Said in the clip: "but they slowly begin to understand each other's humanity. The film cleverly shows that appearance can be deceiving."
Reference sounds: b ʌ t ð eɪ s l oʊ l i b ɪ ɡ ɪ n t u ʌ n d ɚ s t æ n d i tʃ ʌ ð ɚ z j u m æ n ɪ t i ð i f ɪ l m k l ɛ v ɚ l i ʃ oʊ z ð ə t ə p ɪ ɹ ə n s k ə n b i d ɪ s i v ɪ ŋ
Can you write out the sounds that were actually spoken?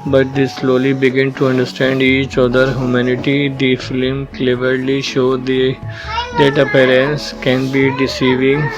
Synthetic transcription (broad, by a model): b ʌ t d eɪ s l oʊ l i b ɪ ɡ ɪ n t u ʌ n d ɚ s t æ n d i tʃ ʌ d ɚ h j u m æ n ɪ t i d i f ɪ l m k l ɛ v ɚ l i ʃ oʊ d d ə t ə p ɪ ɹ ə n s k ə n b i d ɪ s i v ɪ ŋ